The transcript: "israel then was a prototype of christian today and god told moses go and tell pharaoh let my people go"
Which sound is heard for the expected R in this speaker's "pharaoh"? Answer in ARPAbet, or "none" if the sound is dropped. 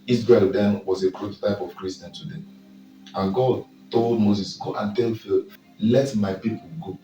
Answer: L